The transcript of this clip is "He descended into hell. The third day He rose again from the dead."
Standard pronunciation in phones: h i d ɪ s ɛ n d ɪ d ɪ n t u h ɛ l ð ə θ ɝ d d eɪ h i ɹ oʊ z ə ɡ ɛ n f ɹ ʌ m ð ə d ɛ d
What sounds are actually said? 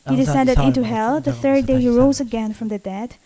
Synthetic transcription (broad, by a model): h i d ɪ s ɛ n d ɪ d ɪ n t u h ɛ l ð ə θ ɝ d d eɪ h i ɹ oʊ z ə ɡ ɛ n f ɹ ʌ m ð ə d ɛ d